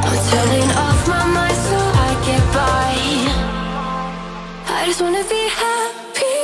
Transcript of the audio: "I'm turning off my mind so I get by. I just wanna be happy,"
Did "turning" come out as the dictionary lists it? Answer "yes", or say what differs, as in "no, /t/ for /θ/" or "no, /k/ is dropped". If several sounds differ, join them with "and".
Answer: no, /l/ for /n/